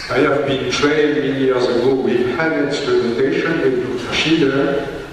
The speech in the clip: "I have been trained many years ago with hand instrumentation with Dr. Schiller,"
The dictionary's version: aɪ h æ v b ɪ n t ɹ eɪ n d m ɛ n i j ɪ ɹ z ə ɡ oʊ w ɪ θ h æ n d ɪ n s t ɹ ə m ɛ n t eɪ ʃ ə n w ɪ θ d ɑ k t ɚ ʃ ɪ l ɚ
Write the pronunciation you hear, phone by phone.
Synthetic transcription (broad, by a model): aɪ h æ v b ɪ n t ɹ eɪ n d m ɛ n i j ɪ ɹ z ə ɡ oʊ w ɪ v h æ d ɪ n s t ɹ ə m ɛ n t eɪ ʃ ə n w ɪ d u t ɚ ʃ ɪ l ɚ